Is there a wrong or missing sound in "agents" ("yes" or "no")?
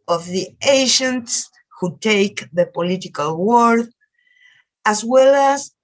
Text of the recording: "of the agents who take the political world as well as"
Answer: yes